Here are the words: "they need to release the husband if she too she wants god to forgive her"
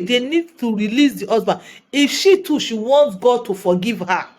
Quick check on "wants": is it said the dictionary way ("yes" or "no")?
no